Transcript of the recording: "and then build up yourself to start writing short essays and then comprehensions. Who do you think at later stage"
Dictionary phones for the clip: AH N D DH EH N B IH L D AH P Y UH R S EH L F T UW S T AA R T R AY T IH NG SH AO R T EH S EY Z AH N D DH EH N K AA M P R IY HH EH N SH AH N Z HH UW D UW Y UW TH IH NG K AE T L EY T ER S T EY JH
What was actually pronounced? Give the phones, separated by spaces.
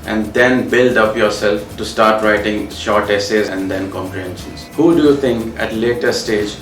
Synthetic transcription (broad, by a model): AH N D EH N B IH L D AH P Y UH R S EH L F T UW S T AA R T R AY T IH NG SH AO R T EH S EY Z AH N D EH N K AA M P R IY HH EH N SH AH N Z HH UW D UW Y UW T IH NG K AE T L EY T ER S T EY JH